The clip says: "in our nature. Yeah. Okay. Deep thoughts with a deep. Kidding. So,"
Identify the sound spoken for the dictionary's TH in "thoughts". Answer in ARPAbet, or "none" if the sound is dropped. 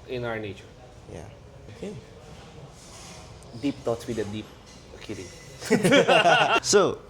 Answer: T